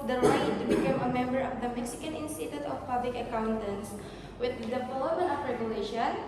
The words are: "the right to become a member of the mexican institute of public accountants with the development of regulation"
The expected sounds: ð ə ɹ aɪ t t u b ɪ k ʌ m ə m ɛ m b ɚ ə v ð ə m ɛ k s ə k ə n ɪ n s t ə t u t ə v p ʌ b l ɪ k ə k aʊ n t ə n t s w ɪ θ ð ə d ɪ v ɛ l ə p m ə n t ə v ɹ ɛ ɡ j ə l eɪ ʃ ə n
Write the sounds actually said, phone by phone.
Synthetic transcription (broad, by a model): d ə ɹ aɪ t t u b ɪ k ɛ m ə m ɛ m b ɚ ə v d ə m ɛ k s ə k ə n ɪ n s t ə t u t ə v p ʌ b l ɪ k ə k aʊ n t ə n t s w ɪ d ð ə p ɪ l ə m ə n ə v ɹ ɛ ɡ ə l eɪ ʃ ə n